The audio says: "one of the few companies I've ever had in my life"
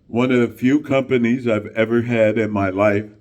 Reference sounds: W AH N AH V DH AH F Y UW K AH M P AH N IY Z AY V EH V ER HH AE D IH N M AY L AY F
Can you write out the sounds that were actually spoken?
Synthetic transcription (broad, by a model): W AH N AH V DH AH F Y UW K AH M P AH N IY Z AY V EH V ER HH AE D IH N M AY L AY F